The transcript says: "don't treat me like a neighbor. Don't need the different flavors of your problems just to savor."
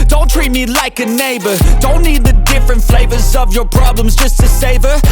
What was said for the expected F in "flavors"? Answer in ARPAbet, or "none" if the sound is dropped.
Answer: F